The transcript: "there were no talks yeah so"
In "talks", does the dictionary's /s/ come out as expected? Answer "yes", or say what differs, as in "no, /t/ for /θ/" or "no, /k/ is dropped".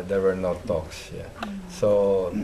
yes